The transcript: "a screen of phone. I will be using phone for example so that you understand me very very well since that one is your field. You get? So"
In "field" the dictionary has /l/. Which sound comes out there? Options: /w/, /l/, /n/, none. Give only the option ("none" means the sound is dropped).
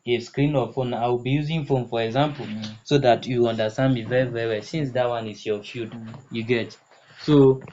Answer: none